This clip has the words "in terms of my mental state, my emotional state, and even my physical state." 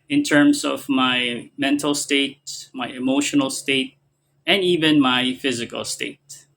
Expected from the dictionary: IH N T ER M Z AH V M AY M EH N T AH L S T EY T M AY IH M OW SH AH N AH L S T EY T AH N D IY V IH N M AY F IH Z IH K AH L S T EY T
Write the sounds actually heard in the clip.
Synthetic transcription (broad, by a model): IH N T ER M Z AH V M AY M EH N T L S T EY T M AY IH M OW SH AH N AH L S T EY T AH N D IY V IH N M AY F IH Z IH K AH L S T EY T